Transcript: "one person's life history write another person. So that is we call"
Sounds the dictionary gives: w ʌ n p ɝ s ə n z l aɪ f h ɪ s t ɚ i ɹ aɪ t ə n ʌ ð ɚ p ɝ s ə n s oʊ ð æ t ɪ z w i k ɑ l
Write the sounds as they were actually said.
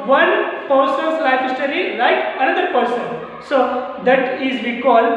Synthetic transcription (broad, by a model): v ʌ n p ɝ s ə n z l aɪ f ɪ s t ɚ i l aɪ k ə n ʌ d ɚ p ɝ s ə n s oʊ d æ t ɪ z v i k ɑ l